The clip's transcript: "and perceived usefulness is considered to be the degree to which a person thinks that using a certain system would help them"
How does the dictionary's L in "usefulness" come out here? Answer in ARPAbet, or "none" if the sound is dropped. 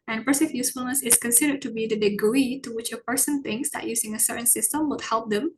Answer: L